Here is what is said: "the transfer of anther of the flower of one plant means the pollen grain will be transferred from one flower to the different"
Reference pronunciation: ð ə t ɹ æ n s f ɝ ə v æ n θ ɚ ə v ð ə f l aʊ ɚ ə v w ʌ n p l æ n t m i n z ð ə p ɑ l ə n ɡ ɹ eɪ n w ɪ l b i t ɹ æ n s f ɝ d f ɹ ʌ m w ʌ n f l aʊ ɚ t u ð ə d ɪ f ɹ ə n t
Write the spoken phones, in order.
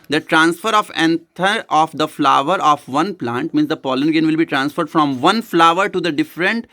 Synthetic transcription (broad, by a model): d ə t ɹ æ n s f ɝ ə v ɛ n t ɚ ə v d ə f l aʊ ɚ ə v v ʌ n p l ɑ n t m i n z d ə p ɑ l ə n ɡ eɪ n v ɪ l b i t ɹ æ n s f ɝ d f ɹ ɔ m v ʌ n f l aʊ ɚ t u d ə d ɪ f ɹ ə n t